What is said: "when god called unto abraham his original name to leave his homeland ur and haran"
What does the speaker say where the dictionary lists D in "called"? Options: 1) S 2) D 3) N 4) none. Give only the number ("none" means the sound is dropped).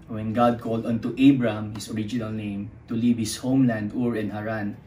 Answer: 2